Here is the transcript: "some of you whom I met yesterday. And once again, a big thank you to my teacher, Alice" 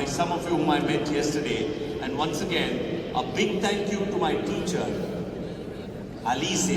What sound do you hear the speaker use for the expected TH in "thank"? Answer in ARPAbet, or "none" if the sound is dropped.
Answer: T